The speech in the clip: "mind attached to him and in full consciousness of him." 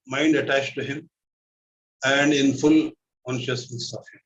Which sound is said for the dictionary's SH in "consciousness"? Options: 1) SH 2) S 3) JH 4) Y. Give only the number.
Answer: 1